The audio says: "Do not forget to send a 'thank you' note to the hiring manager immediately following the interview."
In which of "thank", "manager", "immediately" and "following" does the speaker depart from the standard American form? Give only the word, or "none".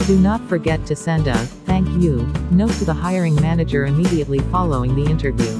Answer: none